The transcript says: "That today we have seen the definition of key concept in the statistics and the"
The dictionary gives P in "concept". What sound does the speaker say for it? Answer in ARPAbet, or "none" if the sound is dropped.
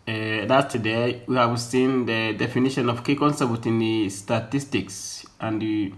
B